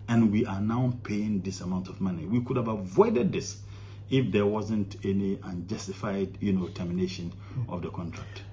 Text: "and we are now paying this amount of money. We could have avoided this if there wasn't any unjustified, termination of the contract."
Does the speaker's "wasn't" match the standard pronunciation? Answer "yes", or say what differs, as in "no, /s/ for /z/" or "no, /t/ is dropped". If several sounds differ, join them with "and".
yes